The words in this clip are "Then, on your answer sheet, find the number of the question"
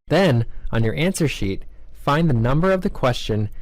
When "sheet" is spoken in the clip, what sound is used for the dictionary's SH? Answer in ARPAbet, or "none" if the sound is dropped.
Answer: SH